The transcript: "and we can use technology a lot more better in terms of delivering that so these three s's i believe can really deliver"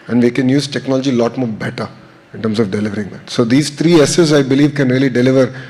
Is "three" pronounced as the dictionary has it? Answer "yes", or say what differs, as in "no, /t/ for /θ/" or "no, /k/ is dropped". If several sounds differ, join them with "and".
no, /t/ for /θ/